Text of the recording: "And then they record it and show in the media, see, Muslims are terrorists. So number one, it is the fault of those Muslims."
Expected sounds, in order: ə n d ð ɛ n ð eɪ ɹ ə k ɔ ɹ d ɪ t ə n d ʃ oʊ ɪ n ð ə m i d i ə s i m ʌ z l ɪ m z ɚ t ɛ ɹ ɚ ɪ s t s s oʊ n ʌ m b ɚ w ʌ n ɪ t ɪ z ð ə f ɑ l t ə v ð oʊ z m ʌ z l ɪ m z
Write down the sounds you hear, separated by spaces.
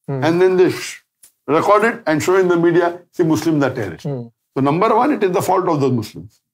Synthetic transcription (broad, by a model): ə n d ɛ n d eɪ ɹ ə k ɔ ɹ d ɪ t ə n d ʃ oʊ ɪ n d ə m i d i ə s i m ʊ s l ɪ m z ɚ t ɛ ɹ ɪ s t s s oʊ n ʌ m b ɚ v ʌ n ɪ t ɪ z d ə f ɑ l t ə v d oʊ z m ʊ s l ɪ m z